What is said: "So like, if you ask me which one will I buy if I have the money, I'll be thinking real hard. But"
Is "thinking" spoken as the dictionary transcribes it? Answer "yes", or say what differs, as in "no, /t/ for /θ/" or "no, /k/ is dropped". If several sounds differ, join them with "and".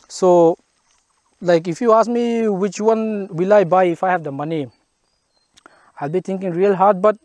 no, /t/ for /θ/